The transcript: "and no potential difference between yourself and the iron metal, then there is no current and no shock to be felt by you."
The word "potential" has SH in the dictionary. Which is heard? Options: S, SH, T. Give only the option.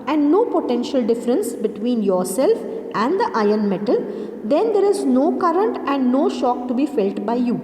SH